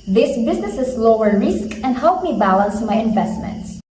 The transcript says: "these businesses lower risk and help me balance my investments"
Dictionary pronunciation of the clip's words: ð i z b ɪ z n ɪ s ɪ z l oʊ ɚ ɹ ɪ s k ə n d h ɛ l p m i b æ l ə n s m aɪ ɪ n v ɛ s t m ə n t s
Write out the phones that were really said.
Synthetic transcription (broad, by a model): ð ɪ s b ɪ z n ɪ s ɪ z l oʊ ɚ ɹ ɪ s k ə n d h ɛ l p m i b æ l ə n s m aɪ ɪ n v ɛ s t m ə n t s